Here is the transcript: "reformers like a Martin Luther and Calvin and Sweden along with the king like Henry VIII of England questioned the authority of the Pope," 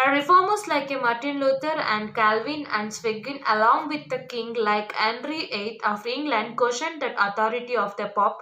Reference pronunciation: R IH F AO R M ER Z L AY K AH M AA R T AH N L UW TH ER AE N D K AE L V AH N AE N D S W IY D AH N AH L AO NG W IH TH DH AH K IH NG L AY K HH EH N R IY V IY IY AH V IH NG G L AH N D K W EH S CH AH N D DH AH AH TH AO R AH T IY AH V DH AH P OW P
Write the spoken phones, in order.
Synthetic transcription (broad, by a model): R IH F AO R M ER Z L AY K AH M AA R T AH N L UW T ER AE N D K AE L V AH N AE N D S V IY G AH N AH L AO NG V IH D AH K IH NG L AY K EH N R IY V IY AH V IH NG G L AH N D K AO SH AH N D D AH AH T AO R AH T IY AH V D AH P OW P